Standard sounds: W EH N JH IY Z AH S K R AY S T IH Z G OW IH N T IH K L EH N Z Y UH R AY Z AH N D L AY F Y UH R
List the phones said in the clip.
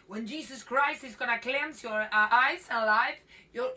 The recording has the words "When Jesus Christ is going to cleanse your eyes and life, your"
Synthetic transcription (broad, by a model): W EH N JH IY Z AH S K R AY S T IH Z G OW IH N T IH K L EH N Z Y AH R AY Z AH N L AY F Y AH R